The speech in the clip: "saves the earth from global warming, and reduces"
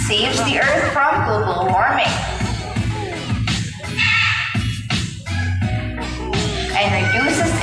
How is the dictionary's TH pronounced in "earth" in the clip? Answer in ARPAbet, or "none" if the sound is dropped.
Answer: TH